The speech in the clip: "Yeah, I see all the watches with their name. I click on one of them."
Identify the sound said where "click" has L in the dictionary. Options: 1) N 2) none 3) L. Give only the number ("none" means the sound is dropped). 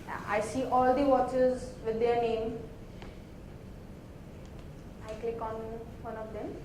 3